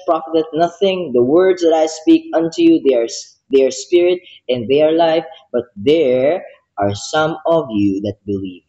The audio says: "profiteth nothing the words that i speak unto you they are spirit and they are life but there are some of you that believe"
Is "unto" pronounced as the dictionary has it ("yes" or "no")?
yes